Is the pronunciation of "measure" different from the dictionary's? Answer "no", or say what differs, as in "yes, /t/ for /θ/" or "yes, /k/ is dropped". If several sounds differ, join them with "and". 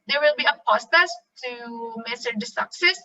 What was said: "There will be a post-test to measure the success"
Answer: yes, /s/ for /ʒ/